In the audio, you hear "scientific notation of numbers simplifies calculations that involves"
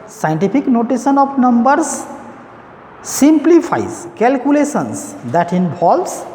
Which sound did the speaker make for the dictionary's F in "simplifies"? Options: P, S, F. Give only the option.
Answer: P